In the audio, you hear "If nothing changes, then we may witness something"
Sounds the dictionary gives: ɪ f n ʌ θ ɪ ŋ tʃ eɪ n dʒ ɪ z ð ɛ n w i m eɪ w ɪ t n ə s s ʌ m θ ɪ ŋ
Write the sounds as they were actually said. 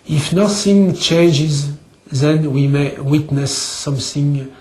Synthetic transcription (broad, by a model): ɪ f n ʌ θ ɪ ŋ tʃ eɪ n dʒ ɪ z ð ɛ n w i m eɪ w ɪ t n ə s s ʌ m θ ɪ ŋ